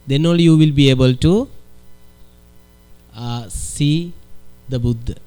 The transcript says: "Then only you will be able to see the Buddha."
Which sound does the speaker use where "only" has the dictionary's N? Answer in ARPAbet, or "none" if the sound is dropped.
none